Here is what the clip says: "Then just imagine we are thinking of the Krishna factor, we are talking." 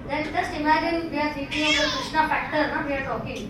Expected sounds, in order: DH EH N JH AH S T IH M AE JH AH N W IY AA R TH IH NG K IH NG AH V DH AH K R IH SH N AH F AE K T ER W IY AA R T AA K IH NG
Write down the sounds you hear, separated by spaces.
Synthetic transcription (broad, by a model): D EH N JH AH S T IH M AE JH AH N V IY AA R S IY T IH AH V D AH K R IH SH N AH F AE K T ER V IY AA R T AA K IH NG